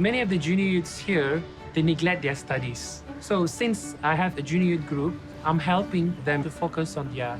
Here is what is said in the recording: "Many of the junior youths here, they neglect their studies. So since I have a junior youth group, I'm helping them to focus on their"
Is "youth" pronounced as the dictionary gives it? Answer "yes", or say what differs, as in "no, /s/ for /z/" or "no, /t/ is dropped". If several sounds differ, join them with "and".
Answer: no, /t/ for /θ/